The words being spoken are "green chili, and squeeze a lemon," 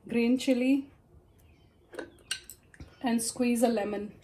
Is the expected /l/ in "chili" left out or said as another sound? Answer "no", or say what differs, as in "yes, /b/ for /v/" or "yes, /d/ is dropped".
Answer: no